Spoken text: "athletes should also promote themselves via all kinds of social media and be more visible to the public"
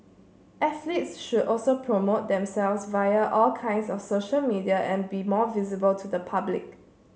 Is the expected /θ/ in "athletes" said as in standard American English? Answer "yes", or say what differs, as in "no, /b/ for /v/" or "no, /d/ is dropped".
no, /s/ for /θ/